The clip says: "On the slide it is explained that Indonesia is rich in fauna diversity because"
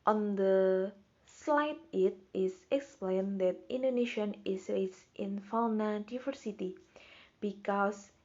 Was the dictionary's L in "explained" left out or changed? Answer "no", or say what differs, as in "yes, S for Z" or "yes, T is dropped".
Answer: no